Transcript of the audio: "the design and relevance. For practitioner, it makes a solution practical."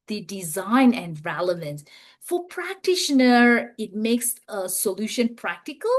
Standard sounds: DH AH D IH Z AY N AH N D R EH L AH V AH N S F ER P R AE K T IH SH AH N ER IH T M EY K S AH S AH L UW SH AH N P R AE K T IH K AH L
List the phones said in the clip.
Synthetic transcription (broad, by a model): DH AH D IH Z AY N AH N D R EH L AH V AH N S F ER P R AE K T IH SH AH N ER IH T M EY K S AH S AH L UW SH AH N P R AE K T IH K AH L